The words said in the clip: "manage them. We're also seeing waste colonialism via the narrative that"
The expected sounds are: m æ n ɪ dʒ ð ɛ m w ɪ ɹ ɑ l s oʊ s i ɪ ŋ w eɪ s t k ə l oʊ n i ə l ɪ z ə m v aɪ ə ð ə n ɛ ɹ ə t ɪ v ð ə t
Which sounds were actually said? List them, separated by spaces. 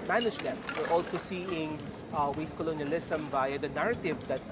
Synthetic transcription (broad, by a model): m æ n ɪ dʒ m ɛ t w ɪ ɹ ɑ l s oʊ s i ɪ ŋ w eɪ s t k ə l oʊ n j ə l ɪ s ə m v aɪ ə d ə n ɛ ɹ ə t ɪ v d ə t